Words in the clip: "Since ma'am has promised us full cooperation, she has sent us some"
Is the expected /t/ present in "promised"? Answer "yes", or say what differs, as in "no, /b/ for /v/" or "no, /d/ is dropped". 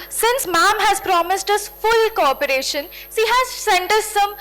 yes